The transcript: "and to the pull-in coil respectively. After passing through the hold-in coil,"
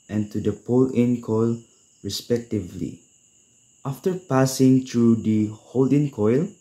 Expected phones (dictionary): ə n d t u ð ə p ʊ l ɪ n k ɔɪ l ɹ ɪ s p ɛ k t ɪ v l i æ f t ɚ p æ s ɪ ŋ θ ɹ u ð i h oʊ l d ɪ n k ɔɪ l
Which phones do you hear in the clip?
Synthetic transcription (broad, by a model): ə n t u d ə p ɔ l ɪ n k ɔɪ l ɹ ɪ s p ɛ k t ɪ v l i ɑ f t ɚ p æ s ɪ ŋ t ɹ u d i h oʊ l d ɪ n k ɔɪ l